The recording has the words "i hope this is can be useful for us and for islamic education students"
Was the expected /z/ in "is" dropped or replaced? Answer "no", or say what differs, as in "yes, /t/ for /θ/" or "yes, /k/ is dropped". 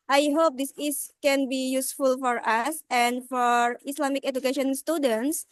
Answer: yes, /s/ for /z/